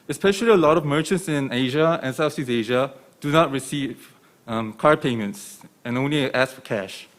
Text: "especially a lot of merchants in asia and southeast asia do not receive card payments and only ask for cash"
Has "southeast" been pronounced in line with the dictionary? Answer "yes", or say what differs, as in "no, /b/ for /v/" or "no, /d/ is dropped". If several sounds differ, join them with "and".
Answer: no, /s/ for /θ/ and /t/ is dropped